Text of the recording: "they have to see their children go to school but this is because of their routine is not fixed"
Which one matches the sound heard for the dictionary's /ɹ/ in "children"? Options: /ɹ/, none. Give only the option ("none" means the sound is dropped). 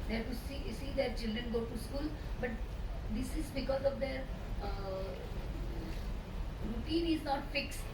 /ɹ/